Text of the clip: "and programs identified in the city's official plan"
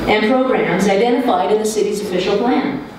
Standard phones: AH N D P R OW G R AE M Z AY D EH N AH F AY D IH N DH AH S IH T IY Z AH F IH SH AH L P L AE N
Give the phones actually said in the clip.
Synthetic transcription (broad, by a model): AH N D P R OW G R AE M Z AY D EH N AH F AY D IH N DH AH S IH T IY Z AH F IH SH L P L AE N